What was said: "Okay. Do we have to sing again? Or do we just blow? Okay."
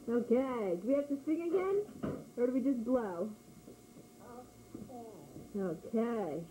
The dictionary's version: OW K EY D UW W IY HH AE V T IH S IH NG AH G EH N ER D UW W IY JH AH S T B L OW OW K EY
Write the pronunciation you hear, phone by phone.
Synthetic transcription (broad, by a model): OW K EY D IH W IY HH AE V T IH S IH NG AH G EH N ER D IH W IY JH AH S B L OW OW K EY